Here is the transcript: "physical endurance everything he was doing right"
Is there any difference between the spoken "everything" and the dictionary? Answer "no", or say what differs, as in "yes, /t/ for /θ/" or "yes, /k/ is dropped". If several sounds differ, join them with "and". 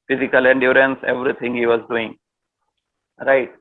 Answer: yes, /t/ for /θ/